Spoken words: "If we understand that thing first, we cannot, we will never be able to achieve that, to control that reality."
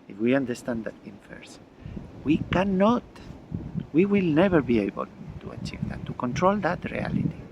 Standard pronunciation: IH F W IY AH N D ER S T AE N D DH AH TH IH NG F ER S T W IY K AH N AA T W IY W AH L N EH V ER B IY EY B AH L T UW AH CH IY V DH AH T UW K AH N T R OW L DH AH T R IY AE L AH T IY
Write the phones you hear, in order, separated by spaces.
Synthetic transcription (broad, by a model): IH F W IY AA N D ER S T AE N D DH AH T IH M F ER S W IY K AH N AA T W IY W AH L N EH V ER B IY EY B AH L T UW AH CH IY V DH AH T UW K AH N T R OW L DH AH T R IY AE L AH T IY